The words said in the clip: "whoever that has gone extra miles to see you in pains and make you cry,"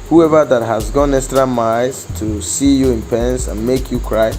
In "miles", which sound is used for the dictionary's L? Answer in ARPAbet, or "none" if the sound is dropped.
none